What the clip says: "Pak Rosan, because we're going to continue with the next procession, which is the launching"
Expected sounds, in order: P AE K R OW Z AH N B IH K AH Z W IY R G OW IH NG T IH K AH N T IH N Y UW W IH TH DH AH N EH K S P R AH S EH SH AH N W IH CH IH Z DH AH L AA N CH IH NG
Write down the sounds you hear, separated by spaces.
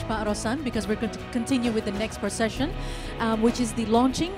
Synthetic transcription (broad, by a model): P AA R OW S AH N B IH K AH Z W IY R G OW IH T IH K AH N T IH N Y UW W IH DH AH N EH K S P R AH S EH SH AH N W IH CH IH Z DH AH L AA N CH IH NG